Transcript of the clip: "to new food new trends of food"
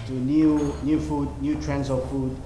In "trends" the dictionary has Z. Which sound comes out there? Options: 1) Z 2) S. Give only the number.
2